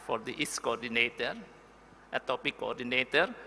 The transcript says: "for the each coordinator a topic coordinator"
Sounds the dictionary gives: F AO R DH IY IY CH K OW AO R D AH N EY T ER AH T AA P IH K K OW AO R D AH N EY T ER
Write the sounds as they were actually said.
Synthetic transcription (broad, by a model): F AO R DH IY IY S K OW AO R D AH N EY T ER AH T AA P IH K K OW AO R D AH N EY T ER